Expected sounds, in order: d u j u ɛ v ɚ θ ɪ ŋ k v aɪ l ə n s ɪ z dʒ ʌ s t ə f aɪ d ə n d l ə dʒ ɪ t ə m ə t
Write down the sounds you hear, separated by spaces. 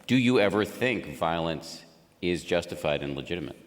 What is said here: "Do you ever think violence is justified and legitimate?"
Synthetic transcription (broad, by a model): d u j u ɛ v ɚ θ ɪ ŋ k v aɪ l ə n s ɪ z dʒ ʌ s t ə f aɪ d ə n l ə dʒ ɪ t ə m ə t